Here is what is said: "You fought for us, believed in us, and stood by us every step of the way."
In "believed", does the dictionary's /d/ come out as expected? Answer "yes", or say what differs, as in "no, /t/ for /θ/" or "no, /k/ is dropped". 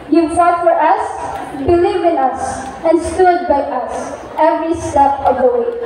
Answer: no, /d/ is dropped